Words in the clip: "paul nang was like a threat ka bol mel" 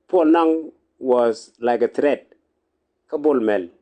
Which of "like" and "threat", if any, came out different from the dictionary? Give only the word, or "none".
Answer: threat